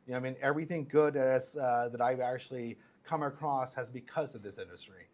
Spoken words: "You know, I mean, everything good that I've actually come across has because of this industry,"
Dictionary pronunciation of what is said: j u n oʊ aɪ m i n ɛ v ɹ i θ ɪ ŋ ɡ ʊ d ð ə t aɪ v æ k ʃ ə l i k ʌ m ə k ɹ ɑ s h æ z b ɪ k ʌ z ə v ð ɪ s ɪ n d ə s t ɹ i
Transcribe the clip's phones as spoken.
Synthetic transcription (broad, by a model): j n oʊ aɪ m i n ɛ v ɹ i θ ɪ ŋ ɡ ʊ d ð ə t aɪ v æ k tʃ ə l i k ʌ m ə k ɹ ɑ s h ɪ z b ɪ k ʌ z ə v ð ɪ s ɪ n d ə s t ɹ i